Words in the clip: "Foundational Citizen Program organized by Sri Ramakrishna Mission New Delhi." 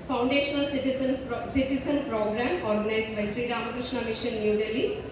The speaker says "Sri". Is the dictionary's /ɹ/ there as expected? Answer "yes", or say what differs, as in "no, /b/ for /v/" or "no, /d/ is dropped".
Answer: yes